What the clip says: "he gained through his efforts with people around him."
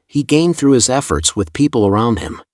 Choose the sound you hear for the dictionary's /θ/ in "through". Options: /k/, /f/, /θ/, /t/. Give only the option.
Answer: /θ/